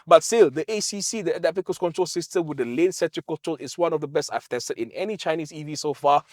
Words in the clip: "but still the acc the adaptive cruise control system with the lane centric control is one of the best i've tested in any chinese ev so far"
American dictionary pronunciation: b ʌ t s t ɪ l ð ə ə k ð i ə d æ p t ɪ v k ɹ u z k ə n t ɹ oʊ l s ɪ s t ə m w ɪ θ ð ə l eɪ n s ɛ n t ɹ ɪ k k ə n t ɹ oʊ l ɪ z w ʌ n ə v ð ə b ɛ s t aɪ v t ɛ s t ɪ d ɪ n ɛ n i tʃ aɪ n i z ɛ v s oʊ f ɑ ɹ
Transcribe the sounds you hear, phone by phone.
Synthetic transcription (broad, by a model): b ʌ t s t ɪ l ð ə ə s i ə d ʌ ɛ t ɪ f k u s k ə n t ɹ oʊ l s ɪ s t ə m w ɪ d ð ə l eɪ n s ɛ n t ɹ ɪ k k ə n t ɹ oʊ l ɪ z w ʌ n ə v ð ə b ɛ s t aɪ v t ɛ s t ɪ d ɪ n ɛ n i tʃ aɪ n i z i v s oʊ f ɑ